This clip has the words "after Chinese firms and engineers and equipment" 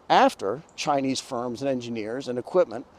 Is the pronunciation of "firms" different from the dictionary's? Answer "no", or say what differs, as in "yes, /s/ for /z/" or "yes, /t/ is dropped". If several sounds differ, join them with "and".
no